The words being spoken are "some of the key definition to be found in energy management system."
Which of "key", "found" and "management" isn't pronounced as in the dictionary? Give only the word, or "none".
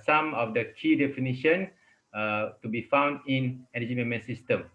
management